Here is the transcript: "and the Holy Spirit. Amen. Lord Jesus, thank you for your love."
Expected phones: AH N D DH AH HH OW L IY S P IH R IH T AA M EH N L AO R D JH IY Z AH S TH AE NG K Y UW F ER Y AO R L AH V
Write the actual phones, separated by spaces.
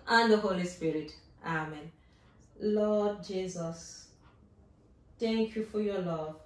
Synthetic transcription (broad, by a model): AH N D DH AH HH OW L IY S P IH R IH T AA M EH N L AO D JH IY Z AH S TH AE NG K Y UW F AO Y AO L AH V